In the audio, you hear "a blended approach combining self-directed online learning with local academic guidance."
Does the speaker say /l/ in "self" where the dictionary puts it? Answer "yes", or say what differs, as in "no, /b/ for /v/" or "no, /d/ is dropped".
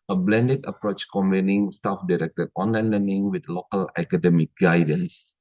no, /l/ is dropped